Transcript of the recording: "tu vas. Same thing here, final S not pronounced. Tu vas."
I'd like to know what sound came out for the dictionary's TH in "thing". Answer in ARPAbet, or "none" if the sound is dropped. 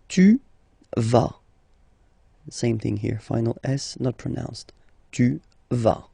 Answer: TH